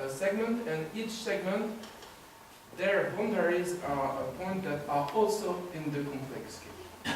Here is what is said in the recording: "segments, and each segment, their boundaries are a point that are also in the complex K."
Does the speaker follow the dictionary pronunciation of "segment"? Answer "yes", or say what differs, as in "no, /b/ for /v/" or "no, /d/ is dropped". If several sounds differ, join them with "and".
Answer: yes